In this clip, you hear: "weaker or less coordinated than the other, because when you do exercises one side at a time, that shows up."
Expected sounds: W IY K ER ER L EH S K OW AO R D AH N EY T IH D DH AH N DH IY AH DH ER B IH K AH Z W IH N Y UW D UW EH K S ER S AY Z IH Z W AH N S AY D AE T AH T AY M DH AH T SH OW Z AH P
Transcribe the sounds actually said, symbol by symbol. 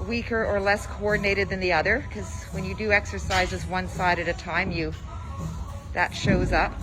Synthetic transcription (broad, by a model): W IY K ER ER L EH S K OW AO R D N EY T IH D DH AH N DH IY AH DH ER K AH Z W IH N Y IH D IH EH K S ER S AY Z IH Z W AH N S AY D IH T AH T AY M DH AH T SH OW Z AH P